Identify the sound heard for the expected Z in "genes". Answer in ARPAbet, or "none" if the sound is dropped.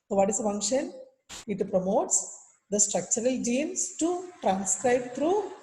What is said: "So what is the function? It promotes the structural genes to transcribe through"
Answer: S